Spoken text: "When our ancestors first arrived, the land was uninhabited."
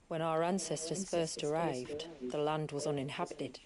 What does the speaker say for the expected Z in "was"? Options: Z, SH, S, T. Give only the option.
Z